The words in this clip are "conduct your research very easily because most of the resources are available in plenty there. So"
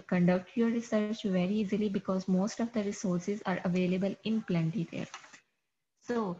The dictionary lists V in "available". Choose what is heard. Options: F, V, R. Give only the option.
V